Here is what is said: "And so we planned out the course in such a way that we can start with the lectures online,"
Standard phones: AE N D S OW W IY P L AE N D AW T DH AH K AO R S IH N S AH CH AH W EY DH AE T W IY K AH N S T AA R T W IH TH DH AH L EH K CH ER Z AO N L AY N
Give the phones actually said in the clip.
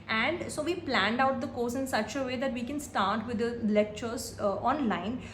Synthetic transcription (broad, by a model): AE N D S OW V IY P L AE N D AW T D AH K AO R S IH N S AH CH AH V EY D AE T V IY K AH N S T AA R T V IH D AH L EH K CH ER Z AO N L AY N